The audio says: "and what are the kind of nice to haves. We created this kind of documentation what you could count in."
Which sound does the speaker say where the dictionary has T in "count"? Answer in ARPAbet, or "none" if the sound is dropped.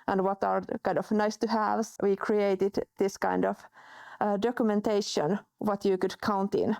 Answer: T